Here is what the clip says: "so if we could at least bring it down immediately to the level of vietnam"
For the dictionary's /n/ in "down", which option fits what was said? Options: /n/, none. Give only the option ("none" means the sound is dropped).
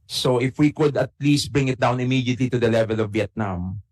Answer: /n/